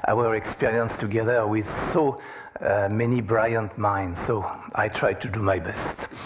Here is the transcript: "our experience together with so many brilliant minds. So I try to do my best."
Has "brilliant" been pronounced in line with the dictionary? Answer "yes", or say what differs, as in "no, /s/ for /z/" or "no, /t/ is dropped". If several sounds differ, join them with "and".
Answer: no, /l/ is dropped